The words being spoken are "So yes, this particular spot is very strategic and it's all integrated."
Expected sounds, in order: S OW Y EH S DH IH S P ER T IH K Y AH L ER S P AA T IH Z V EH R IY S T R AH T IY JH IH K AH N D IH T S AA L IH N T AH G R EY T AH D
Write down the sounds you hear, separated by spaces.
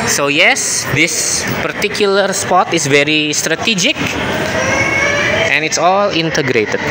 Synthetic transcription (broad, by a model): S OW Y EH S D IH S P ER T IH K Y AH L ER S P AA T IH S V EH R IY S T R AH T IY JH IH K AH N IH T S AA L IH N T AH G R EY T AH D